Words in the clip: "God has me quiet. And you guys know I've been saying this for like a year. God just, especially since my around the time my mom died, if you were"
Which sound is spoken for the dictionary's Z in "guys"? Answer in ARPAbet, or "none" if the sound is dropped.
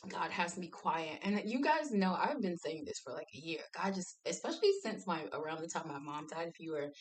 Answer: Z